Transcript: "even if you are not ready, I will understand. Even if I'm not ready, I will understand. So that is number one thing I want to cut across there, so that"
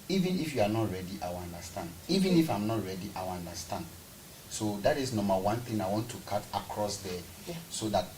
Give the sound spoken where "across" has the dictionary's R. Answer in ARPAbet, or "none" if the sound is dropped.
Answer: R